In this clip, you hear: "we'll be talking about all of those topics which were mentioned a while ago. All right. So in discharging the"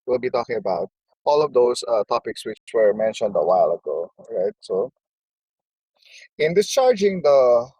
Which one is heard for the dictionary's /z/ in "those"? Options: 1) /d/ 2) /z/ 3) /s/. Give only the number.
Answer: 3